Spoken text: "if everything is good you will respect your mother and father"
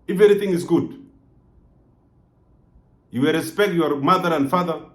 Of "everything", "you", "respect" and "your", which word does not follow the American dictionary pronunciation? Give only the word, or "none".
everything